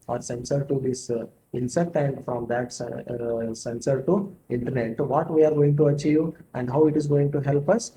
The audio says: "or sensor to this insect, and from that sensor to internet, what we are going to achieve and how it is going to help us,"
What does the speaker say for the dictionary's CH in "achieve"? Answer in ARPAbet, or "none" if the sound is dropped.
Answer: CH